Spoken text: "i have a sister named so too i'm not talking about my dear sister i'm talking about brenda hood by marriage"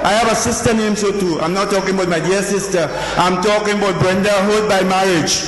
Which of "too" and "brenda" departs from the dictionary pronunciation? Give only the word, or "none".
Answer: none